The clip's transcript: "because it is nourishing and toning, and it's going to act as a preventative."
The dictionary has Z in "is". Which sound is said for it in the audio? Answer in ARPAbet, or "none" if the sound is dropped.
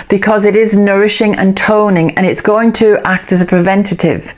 Z